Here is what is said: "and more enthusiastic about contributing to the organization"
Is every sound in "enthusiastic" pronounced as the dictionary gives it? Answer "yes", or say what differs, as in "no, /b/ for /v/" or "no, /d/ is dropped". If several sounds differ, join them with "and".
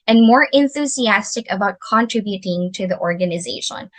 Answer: yes